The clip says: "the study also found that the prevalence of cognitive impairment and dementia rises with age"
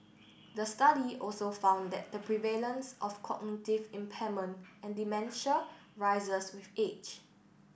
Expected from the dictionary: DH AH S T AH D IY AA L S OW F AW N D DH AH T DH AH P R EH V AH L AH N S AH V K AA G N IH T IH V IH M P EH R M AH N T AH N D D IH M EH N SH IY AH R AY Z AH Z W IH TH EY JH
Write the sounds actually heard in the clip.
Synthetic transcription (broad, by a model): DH AH S T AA D IY AA L S OW F AW N D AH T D AH P R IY V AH L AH N S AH F K AA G N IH T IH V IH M P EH M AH N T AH N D D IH M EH N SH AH R AY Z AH S W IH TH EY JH